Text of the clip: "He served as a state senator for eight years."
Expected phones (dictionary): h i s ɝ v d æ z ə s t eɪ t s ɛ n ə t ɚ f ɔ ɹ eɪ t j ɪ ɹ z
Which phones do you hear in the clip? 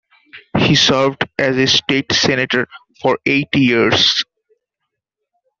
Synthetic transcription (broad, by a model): h i s ɝ v d æ z ə s t eɪ t s ɛ n ə t ɚ f ɔ ɹ eɪ t j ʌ ɹ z